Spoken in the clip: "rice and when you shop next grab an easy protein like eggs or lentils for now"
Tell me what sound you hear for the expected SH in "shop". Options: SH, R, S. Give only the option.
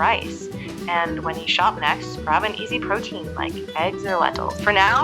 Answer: SH